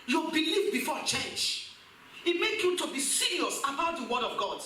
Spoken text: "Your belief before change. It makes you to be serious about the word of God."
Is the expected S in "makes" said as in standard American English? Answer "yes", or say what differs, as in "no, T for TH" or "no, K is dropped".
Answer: no, S is dropped